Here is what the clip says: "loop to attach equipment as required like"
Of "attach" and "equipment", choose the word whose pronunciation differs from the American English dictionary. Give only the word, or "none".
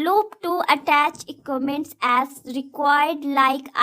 equipment